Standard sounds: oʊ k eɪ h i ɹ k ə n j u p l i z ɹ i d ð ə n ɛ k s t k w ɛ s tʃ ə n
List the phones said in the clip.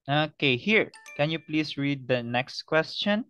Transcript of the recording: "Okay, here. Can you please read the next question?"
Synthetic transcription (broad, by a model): oʊ k eɪ h i ɹ k ə n j u p l i s ɹ i d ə n ɛ k s t k w ɛ s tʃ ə n